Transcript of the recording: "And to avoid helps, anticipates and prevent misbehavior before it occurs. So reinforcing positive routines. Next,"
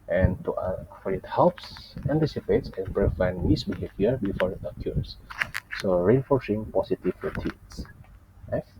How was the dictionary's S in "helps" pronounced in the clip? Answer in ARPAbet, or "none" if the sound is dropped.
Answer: S